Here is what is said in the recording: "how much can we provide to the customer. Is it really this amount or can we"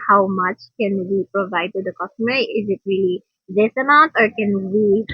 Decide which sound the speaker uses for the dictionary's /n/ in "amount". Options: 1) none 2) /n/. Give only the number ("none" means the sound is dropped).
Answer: 1